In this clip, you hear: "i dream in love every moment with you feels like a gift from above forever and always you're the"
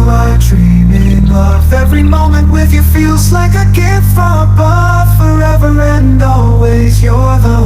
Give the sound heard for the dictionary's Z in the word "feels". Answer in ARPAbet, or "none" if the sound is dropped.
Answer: Z